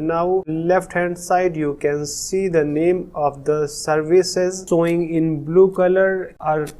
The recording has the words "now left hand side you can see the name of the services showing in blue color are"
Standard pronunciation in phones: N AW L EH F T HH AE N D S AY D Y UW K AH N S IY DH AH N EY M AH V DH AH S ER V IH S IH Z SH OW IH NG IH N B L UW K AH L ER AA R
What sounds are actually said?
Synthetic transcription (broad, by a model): N AW L EH F T HH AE N D S AY D Y UW K AH N S IY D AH N EY M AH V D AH S ER V IH S IH Z S OW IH NG IH N B L UW K AH L ER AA R